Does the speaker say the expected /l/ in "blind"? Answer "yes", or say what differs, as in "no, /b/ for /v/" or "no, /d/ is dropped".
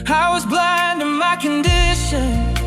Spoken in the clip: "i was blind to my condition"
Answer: yes